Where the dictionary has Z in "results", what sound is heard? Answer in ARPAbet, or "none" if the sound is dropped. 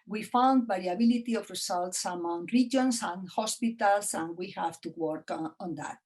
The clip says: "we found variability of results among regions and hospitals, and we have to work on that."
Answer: S